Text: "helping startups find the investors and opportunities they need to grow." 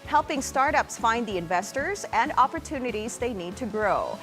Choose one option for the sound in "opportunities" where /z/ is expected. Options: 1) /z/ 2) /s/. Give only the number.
1